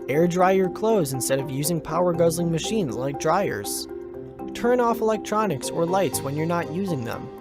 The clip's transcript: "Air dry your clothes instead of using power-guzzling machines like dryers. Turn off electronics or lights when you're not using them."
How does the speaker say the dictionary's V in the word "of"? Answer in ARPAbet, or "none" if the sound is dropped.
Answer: V